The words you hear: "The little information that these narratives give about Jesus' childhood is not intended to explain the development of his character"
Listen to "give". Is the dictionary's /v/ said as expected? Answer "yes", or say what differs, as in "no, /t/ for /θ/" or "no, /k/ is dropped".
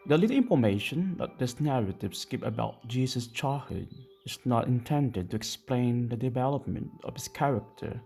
no, /p/ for /v/